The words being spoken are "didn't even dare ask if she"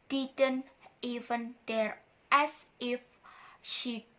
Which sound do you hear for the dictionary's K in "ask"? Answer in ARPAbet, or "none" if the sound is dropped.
none